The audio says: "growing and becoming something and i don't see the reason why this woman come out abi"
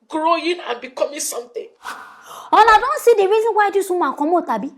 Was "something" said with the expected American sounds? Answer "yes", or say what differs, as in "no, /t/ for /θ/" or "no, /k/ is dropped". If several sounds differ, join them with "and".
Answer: no, /t/ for /θ/